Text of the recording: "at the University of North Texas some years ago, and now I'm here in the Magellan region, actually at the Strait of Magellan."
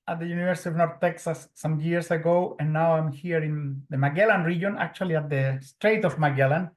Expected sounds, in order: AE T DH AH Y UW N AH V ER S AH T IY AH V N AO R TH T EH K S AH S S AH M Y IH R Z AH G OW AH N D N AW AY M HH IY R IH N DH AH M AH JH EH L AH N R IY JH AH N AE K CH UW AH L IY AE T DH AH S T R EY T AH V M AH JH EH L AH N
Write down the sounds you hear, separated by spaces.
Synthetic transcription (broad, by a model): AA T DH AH Y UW N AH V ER S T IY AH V N AO R TH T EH K S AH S S AH M Y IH R S AH G OW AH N N AW AY M HH IY R IH N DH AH M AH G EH L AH N R IY JH AH N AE K CH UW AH L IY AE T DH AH S T R EY T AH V M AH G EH L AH N